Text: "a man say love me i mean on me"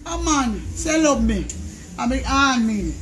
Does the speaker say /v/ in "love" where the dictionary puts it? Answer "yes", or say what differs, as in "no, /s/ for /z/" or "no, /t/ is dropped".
no, /b/ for /v/